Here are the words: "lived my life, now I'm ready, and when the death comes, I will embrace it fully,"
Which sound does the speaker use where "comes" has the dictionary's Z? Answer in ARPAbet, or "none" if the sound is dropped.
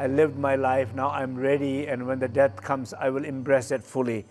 S